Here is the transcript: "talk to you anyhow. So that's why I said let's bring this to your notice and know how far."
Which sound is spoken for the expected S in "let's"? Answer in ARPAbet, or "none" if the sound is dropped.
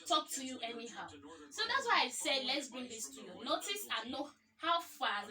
S